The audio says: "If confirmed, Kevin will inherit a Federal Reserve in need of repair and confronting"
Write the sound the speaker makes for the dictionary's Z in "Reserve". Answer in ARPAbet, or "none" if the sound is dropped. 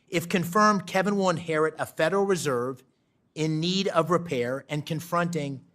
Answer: Z